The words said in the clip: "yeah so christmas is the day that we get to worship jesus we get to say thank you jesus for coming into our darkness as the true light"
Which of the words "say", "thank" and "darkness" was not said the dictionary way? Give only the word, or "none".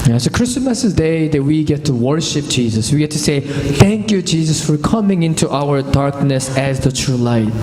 none